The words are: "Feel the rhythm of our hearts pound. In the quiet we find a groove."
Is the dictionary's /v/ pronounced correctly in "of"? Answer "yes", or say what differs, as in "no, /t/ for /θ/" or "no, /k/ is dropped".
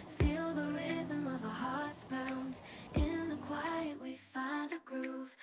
yes